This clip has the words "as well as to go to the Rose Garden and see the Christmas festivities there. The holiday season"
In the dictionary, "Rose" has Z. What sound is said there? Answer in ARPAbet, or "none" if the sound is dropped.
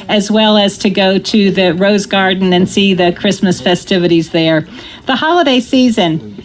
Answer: Z